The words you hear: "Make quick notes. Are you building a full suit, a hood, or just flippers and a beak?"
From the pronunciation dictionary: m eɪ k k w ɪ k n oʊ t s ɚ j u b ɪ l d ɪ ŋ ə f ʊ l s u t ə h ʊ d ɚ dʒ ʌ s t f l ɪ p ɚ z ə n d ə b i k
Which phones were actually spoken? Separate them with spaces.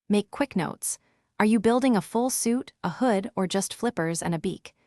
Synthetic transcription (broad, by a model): m eɪ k k w ɪ k n oʊ t s ɚ j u b ɪ l d ɪ ŋ ə f ʊ l s u t ə h ʊ d ɚ dʒ ʌ s t f l ɪ p ɚ z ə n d ə b i k